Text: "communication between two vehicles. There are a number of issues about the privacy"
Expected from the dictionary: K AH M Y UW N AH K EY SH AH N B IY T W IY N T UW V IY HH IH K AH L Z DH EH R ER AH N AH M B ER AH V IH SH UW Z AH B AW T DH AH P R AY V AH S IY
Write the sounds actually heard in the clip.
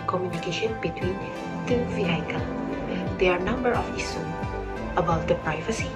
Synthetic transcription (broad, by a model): K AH M Y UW N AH K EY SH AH N B IY T W IY N T UW F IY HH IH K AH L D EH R AH N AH M B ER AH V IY S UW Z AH B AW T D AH P R AY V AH S IY